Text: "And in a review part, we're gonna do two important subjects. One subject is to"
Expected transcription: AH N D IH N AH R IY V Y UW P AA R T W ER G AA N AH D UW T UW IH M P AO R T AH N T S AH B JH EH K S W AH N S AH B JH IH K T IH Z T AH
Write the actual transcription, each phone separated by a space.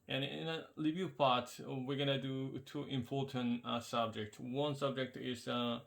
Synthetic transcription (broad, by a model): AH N IH N AH L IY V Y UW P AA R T W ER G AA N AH D UW T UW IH M P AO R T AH N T S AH B JH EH K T W AH N S AH B JH IH K T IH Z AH